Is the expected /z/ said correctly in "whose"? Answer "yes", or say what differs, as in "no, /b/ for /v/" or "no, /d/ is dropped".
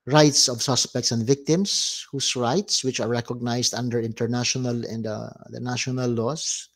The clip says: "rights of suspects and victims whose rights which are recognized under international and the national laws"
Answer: no, /s/ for /z/